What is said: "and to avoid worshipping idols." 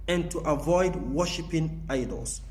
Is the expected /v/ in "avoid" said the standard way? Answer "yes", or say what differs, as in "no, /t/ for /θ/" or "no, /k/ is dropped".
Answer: yes